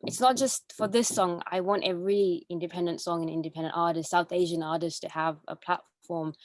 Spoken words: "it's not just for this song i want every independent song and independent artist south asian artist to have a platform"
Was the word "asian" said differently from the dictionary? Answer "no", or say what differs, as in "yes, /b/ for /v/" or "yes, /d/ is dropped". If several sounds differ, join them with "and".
no